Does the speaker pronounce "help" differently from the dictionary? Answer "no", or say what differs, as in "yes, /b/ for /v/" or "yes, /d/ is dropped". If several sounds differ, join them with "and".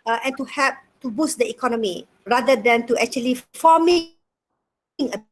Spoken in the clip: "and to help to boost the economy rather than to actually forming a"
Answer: yes, /l/ is dropped